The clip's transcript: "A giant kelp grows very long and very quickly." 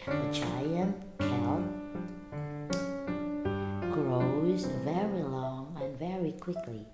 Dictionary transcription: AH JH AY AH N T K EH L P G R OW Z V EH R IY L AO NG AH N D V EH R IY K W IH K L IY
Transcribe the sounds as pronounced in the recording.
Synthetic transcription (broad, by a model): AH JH AY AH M K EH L G R OW Z V EH R IY L AO NG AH N V EH R IY K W IH K L IY